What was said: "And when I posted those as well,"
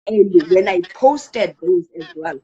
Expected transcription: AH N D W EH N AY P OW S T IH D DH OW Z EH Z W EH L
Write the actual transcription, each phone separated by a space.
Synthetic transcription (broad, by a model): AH N D W EH N AY P OW S T IH D DH OW Z EH Z W EH L